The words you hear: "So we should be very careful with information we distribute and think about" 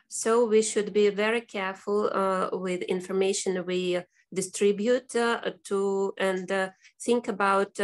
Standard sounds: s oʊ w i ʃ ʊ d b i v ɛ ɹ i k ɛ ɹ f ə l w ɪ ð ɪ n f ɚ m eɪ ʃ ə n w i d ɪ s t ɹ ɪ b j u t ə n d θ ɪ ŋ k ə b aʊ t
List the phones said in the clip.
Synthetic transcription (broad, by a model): s oʊ w i ʃ ʊ d b i v ɛ ɹ i k ɛ ɹ f ə l w ɪ ð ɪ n f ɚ m eɪ ʃ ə n w i d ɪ s t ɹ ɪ b j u t ə n d θ ɪ ŋ k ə b aʊ t